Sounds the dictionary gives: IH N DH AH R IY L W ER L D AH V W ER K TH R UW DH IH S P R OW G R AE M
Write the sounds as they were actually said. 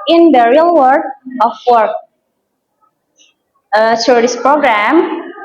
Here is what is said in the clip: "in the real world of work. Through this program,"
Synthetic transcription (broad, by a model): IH N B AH R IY L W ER D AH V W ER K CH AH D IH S P R OW G R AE M